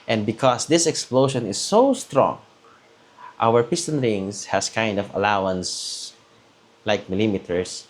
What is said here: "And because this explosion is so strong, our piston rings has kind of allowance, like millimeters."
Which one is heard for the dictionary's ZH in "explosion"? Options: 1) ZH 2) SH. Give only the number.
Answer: 2